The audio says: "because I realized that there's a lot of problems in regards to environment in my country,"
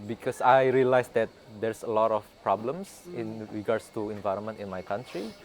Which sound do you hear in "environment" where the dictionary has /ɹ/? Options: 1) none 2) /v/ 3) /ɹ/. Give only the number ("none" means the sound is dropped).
3